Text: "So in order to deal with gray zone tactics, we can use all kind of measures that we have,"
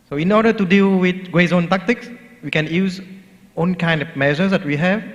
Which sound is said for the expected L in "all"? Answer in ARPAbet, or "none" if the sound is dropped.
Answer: N